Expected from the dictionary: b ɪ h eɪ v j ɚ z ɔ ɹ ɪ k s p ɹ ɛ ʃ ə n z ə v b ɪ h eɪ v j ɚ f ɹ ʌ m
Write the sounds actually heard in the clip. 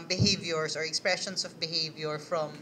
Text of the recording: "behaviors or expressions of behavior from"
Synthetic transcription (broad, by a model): b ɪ h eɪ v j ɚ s ɔ ɹ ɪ k s p ɹ ɛ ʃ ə n s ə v b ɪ h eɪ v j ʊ f ɹ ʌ m